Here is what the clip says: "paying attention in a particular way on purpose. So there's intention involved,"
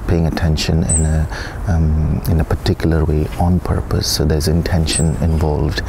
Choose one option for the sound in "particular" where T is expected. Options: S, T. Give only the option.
T